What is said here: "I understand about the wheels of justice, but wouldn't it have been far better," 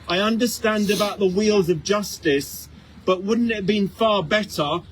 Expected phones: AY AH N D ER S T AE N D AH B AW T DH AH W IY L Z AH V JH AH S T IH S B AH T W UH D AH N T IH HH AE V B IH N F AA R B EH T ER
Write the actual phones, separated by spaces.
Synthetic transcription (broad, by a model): AY AH N D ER S T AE N D AH B AW T DH AH W IY L Z AH V JH AH S T IH S B AH T W UH D N T IH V B IH N F AA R B EH T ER